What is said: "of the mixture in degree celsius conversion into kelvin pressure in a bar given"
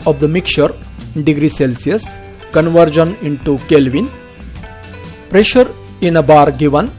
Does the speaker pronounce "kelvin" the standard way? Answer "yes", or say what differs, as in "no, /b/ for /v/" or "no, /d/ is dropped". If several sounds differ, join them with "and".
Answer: yes